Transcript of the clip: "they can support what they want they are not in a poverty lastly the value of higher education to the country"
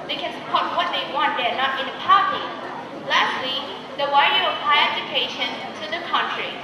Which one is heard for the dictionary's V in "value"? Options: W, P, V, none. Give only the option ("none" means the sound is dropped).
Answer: W